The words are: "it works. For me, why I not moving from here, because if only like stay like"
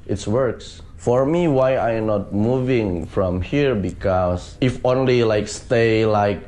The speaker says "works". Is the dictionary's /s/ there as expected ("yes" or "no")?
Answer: yes